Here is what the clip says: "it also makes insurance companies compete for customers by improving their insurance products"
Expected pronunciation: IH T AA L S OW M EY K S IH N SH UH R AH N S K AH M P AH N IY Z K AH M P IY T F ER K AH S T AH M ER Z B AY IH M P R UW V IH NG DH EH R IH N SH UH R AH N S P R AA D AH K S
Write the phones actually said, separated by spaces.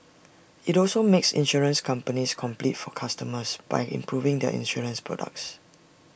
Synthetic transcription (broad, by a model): IH T AA L S OW M EY K S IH N SH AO R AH N S K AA M P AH N IY S K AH M P IY T F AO K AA S T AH M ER S B AY IH M P R UW V IH NG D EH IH N SH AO R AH N S P R AA D AH K S